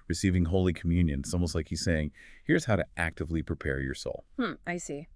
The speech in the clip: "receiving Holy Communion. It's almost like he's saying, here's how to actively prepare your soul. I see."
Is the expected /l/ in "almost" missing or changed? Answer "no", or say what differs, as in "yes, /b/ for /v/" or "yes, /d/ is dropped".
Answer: yes, /l/ is dropped